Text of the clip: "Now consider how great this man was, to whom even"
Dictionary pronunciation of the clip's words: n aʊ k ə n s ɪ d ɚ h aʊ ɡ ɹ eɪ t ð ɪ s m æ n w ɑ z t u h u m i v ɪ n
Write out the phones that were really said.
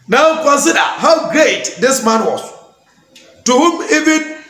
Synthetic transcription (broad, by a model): n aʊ k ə n s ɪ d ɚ h aʊ ɡ ɹ eɪ t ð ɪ s m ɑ n w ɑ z t u h u m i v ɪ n